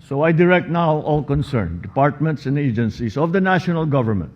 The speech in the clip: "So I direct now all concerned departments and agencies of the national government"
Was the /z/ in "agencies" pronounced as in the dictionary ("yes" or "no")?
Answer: no